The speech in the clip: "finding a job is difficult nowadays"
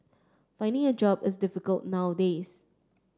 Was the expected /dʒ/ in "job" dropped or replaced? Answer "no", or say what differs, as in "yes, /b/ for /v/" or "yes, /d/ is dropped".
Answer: no